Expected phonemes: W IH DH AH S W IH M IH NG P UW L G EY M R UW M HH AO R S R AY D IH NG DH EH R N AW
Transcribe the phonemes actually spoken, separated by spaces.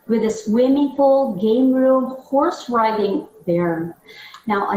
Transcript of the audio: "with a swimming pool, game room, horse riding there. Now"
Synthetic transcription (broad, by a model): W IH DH AH S W IH M IH NG F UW L G EY M R UW M HH AO R S R AY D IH NG DH EH R N AW